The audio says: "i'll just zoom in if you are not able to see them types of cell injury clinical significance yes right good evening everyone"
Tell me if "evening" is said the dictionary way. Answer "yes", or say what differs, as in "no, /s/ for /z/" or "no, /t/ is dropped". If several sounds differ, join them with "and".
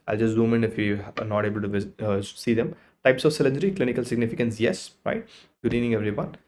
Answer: no, /v/ is dropped